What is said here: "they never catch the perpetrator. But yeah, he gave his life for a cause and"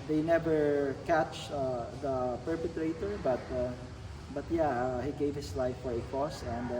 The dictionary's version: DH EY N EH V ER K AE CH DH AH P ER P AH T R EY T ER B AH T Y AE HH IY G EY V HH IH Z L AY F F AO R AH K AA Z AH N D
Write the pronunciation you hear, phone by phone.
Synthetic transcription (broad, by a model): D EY N EH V ER K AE CH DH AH P ER P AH T R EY T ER B AH T Y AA HH IY G EY V HH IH S L AY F F AO R AH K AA S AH N D